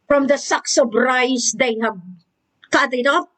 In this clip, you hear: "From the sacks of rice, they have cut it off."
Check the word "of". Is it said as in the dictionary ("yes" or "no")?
no